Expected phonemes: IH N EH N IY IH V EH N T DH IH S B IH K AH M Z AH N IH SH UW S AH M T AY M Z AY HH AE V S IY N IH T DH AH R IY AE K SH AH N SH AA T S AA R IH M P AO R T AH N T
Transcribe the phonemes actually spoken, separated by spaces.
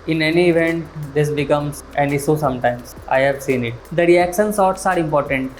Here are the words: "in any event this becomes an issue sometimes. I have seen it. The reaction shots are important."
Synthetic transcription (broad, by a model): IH N EH N IY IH V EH N T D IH S B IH K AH M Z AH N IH S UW S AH M T AY M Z AY HH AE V S IY N IH T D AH R IY AE K SH AH N S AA T S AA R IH M P AO R T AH N T